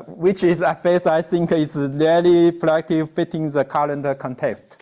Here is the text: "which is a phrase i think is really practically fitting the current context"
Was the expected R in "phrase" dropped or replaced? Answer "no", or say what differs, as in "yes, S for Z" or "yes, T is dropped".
yes, R is dropped